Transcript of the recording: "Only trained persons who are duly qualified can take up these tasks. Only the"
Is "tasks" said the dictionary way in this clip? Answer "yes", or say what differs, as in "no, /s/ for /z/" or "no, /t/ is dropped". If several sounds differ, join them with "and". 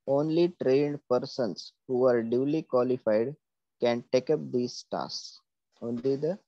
no, /k/ is dropped